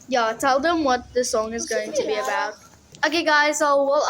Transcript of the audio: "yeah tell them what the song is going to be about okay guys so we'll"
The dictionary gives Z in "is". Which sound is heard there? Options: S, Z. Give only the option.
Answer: Z